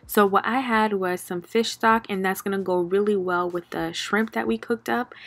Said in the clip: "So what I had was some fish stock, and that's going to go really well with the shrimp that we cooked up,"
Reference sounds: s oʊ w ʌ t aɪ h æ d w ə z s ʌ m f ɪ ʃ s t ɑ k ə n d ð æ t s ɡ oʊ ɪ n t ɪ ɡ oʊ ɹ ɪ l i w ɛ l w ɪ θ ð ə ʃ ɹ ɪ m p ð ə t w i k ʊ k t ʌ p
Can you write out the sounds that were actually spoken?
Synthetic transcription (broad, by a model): s oʊ w ʌ t aɪ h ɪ d w ə z s ʌ m f ɪ ʃ s t ɑ k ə n ð æ t s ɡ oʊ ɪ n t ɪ ɡ oʊ ɹ ɪ l i w ɛ l w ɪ ð ə ʃ ɹ ɪ m p ð ə t w i k ʊ k t ʌ p